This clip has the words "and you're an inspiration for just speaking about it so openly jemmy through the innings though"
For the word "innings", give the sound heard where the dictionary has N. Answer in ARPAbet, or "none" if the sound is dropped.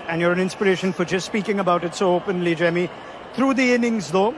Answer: N